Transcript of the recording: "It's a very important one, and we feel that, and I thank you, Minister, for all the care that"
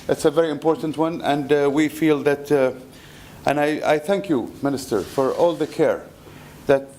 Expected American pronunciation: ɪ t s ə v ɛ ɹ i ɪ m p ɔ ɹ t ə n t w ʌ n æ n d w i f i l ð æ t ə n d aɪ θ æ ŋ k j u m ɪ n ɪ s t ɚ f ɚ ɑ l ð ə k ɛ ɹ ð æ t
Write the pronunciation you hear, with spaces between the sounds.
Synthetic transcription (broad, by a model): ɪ t s ə v ɛ ɹ i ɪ m p ɔ ɹ t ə n t w ʌ n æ n d w i f i l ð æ t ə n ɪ aɪ θ æ ŋ k j u m ɪ n ɪ s t ɚ f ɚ ɑ l ð ə k ɛ ɹ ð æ t